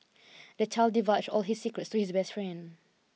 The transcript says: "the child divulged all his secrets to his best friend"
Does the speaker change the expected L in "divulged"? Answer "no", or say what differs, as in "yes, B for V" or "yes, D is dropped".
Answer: yes, L is dropped